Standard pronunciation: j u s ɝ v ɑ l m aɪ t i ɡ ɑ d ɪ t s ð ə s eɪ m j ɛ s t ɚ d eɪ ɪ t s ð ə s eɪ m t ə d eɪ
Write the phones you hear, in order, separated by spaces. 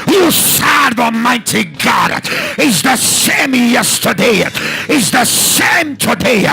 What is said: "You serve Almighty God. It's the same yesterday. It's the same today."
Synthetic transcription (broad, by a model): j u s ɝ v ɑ m aɪ t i ɡ ɑ d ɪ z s ð ə s eɪ m j ɛ s t ɚ d eɪ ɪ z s ð ə s eɪ m t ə d eɪ